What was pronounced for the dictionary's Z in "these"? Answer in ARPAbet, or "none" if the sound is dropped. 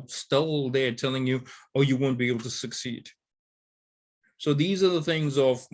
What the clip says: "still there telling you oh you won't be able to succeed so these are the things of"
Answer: Z